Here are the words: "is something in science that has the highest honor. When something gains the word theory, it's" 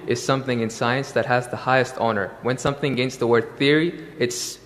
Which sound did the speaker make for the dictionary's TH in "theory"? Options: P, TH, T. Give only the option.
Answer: TH